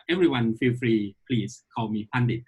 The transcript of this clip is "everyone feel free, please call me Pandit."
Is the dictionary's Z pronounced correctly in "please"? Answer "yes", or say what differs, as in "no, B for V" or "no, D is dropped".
no, S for Z